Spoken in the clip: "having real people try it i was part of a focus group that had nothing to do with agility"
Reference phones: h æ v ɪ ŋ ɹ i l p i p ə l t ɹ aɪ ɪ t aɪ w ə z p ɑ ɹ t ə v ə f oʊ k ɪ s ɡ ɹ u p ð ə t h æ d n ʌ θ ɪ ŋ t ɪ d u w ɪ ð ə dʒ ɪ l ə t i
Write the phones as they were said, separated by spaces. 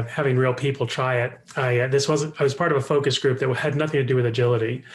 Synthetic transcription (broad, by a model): h æ v ɪ ŋ ɹ i l p i p l t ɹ aɪ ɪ t aɪ w ə z p ɑ ɹ t ə v ə f oʊ k ɪ s ɡ ɹ u p ð ə t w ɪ d n ʌ θ ɪ ŋ t ɪ d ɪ w ɪ ð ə dʒ ɪ l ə t i